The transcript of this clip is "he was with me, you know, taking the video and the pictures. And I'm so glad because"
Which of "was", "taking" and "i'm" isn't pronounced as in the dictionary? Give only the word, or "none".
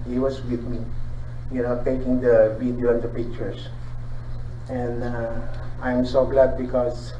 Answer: was